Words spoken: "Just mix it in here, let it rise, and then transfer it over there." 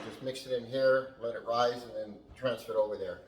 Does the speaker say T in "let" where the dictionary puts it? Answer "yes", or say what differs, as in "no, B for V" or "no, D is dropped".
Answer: yes